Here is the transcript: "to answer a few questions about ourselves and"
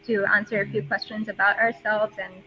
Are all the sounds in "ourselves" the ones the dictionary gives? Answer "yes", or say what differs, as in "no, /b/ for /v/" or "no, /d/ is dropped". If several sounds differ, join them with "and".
yes